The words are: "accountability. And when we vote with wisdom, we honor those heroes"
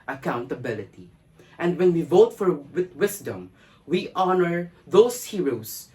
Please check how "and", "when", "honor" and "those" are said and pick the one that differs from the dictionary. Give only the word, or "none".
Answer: those